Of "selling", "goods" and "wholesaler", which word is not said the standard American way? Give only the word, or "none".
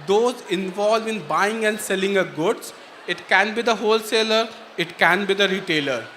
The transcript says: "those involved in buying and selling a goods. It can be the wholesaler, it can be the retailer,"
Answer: goods